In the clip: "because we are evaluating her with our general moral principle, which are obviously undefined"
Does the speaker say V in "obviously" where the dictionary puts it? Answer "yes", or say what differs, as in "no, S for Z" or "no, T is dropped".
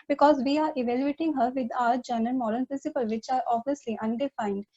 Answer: no, V is dropped